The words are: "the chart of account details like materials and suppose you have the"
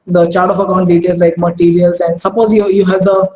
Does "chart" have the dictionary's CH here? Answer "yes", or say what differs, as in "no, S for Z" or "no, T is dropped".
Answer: yes